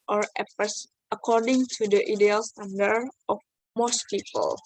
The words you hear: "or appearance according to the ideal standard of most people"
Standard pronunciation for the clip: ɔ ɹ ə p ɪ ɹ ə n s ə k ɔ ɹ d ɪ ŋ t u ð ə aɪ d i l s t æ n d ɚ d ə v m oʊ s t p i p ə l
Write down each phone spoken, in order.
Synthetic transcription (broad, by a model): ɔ ɹ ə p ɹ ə s ə k ɔ ɹ d ɪ ŋ t u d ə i d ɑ l s t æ n d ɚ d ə f m oʊ s t p i p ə l